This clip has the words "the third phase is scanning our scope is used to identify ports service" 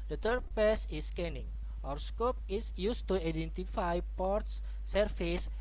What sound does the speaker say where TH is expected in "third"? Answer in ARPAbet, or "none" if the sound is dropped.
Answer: T